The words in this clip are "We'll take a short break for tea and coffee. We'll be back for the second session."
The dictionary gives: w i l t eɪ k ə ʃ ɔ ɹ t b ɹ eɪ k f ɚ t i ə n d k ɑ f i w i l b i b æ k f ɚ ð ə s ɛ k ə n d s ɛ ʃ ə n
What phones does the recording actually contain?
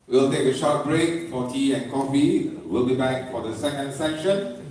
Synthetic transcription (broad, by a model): w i l t eɪ k ə ʃ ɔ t b ɹ eɪ k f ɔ t i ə n k ɑ f i w i l b i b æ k f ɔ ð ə s ɛ k ə n d s ɛ ʃ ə n